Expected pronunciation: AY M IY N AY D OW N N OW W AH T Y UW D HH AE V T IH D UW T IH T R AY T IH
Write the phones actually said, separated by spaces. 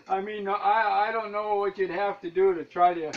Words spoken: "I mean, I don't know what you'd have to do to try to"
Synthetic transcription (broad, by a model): AY M IY N AY D OW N N OW W AH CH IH D HH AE F T IH D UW T IH T R AY T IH